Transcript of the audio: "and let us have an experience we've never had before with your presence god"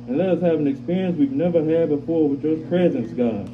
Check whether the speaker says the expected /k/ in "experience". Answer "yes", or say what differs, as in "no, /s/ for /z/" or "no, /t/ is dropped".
yes